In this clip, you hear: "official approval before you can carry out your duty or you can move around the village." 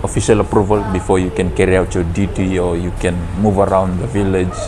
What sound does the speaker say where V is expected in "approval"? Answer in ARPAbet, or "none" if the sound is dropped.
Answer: V